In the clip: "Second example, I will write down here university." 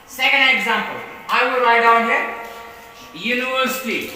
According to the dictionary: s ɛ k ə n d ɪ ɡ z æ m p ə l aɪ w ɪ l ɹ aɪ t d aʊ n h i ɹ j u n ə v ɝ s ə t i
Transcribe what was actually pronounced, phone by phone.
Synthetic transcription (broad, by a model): s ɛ k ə n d ɪ ɡ z æ m p ə l aɪ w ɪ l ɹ aɪ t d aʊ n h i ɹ j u n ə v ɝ s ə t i